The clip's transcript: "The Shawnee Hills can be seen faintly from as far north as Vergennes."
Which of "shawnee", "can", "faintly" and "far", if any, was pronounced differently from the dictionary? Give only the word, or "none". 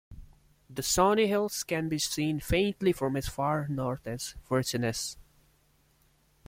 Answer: shawnee